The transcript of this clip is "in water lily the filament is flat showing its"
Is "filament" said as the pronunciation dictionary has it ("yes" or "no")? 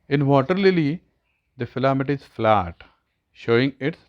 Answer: no